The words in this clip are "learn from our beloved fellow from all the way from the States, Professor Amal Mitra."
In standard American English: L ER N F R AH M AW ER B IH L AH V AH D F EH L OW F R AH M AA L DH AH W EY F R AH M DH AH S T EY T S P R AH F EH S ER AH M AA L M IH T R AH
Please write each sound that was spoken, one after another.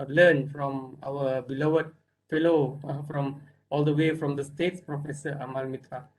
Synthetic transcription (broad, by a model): L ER N F R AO M AW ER B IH L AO AH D F EH L OW F R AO M AA L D AH W EY F R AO M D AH S T EY T S P R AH F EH S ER AH M AA L M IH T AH